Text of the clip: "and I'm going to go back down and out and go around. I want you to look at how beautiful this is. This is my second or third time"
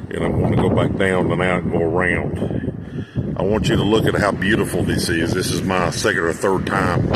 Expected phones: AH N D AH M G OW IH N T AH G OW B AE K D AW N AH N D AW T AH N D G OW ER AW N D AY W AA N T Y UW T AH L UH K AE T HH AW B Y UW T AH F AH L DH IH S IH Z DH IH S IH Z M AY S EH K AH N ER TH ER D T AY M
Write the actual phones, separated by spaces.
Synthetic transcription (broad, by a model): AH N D AH M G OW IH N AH G OW B AE K D AW N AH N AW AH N G OW ER AW N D AY W AA N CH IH T AH L UH K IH T HH AW B Y UW T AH F L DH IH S IH Z DH IH S IH Z M AY S EH K AH N ER TH ER D T AY M